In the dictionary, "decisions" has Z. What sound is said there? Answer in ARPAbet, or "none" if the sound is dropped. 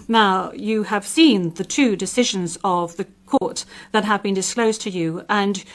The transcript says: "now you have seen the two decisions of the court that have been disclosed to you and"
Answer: Z